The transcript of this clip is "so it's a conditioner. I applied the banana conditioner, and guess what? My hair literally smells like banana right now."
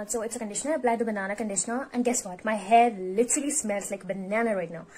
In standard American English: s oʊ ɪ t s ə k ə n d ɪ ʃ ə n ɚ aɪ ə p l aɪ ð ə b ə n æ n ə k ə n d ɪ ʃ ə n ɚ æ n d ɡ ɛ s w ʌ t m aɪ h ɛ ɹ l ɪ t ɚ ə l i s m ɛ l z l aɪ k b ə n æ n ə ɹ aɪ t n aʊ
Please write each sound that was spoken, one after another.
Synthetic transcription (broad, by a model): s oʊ ɪ t s ə k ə n d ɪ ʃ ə n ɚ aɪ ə b l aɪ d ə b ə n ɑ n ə k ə n d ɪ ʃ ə n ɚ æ n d ɡ ɛ s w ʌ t m aɪ h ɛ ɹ l ɪ t ɚ ə l i s m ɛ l s l aɪ k b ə n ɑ n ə ɹ aɪ t n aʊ